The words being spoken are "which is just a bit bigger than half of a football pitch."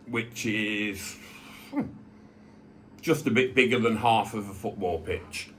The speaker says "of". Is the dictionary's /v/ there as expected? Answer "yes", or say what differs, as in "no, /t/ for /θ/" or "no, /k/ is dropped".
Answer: yes